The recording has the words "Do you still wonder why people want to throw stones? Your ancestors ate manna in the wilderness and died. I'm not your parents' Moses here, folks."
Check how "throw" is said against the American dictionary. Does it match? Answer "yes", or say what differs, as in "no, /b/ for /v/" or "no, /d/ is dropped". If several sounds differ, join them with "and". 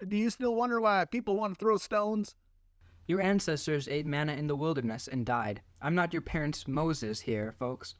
yes